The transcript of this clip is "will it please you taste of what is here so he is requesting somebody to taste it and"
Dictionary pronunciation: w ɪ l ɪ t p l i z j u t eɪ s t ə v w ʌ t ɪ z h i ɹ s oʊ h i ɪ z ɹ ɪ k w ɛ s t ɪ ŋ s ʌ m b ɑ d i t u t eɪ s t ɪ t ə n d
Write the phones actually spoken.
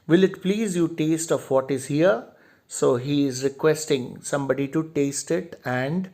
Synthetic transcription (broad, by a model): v ɪ l ɪ t p l i z j u t eɪ s t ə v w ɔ t ɪ z h i ɹ s oʊ h i ɪ z ɹ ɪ k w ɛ s t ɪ ŋ s ʌ m b ɑ d i t u t eɪ s t ɪ t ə n d